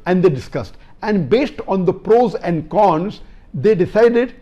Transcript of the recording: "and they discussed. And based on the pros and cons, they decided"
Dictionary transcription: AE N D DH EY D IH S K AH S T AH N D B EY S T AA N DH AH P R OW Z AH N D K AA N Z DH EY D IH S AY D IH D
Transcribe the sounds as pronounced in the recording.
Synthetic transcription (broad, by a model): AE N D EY D IH S K AH S T AH N D B EY S T AA N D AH P R OW Z AH N D K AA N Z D EY D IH S AY D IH D